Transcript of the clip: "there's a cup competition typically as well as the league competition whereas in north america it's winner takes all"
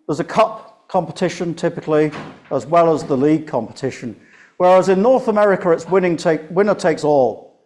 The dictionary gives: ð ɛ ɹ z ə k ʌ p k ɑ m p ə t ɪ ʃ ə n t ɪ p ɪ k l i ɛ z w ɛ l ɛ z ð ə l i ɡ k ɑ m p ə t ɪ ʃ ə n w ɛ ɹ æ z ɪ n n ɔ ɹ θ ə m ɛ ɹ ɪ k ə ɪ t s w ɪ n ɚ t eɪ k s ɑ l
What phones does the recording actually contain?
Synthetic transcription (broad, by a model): ð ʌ z ə k ʌ p k ɑ m p ə t ɪ ʃ ə n t ɪ p ɪ k l i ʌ z w ɛ l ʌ z ð ə l i ɡ k ɑ m p ə t ɪ ʃ ə n w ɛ ɹ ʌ z ɪ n n ɔ ɹ θ ə m ɛ ɹ ɪ k ə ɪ t s w ɪ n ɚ t eɪ k s ɑ l